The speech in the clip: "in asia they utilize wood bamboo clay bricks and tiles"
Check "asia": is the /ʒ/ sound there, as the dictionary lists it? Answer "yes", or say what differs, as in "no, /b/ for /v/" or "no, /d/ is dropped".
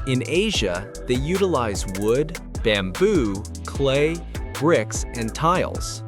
yes